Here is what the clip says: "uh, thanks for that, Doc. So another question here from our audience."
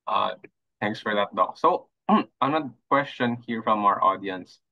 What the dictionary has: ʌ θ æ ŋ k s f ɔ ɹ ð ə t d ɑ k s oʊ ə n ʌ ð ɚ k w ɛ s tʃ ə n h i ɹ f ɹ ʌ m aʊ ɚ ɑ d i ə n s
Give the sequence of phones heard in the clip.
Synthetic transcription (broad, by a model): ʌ t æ ŋ k s f ɔ ɹ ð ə t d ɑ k s oʊ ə n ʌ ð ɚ k w ɛ s tʃ ə n h i ɹ f ɹ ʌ m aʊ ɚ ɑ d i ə n s